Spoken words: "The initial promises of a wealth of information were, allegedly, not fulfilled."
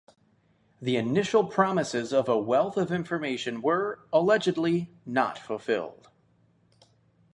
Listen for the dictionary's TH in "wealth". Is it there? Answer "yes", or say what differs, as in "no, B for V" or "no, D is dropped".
yes